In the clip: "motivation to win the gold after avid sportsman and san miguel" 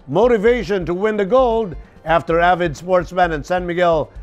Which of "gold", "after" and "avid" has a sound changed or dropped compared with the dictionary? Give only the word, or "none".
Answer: none